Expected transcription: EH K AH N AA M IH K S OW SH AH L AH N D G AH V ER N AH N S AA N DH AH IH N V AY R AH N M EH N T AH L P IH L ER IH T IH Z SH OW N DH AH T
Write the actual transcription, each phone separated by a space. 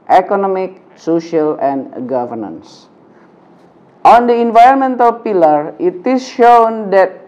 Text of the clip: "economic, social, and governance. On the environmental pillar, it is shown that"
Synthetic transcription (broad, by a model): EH K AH N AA M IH K S OW SH AH L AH N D G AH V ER N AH N S AA N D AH IH N V AY R AH N M EH N T AH L P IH L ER IH T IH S SH OW N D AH T